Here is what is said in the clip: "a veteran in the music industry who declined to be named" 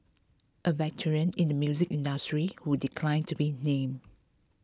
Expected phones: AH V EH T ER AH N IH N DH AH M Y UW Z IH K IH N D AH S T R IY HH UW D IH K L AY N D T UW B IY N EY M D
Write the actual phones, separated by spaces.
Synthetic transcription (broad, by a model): AH V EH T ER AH N IH N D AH M Y UW Z IH K IH N D AH S T R IY HH UW D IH K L AY N T UW B IY N EY M